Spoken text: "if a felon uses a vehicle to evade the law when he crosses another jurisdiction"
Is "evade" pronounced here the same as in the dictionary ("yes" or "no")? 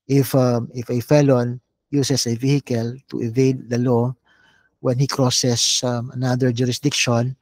yes